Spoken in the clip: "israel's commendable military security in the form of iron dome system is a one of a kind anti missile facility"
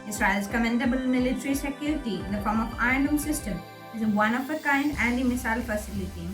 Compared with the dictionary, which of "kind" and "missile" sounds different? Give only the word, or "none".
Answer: none